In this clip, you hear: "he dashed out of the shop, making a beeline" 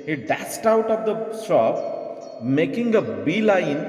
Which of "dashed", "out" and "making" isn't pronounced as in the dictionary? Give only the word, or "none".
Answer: dashed